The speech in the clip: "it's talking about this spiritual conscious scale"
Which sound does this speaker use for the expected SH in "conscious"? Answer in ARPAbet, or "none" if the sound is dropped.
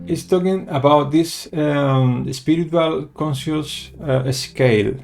S